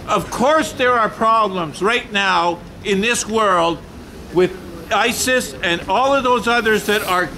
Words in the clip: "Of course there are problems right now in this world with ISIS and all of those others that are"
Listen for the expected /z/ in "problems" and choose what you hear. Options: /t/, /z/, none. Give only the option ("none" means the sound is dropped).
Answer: /z/